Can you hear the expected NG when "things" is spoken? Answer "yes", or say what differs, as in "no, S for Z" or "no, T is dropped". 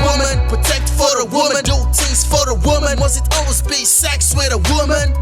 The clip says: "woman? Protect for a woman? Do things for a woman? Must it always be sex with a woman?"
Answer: no, NG is dropped